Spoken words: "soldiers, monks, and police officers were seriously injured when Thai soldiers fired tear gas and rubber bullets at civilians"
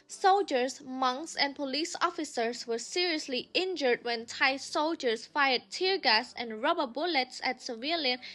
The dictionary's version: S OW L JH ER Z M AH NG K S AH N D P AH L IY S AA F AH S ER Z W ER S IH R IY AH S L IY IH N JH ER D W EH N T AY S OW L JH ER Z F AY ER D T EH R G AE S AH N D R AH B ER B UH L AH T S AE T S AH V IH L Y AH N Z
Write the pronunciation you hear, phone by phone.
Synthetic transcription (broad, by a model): S OW L JH ER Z M AH NG K S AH N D P AH L IY S AA F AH S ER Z W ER S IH R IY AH S L IY IH N JH ER D W EH N T AY S OW L JH ER S F AY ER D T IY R G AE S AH N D R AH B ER B UH L AH T S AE T S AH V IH L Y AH N